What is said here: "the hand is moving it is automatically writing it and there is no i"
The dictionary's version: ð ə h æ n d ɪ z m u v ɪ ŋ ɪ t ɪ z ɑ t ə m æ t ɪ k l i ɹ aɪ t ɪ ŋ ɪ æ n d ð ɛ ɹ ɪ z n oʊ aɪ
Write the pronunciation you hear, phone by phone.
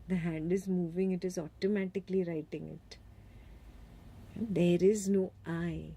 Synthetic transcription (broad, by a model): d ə h æ n d ɪ z m u v ɪ ŋ ɪ t ɪ z ɑ t ə m æ t ɪ k l i ɹ aɪ t ɪ ŋ ɪ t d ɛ ɹ ɪ z n oʊ aɪ